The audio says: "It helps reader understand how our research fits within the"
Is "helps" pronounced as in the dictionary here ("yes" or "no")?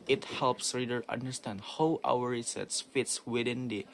yes